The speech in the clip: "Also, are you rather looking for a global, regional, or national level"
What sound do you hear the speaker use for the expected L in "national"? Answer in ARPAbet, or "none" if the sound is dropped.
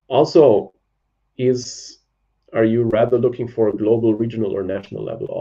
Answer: L